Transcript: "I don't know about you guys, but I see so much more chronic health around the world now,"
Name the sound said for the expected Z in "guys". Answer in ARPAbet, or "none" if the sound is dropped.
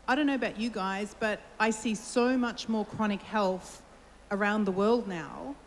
Z